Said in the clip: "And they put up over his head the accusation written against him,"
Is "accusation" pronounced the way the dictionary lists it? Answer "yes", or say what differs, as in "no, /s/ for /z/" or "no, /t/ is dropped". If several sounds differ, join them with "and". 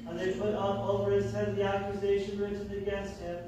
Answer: yes